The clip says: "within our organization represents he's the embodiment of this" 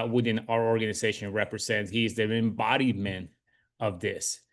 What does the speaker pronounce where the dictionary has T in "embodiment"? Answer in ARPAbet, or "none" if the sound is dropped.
none